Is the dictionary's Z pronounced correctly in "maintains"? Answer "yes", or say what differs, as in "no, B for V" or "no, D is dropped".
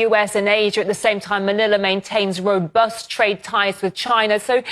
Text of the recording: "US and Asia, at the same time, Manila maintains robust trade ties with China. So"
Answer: yes